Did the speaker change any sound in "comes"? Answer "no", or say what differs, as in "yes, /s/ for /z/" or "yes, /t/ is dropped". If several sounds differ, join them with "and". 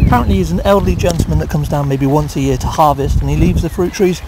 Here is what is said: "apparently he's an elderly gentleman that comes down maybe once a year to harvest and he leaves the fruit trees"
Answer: no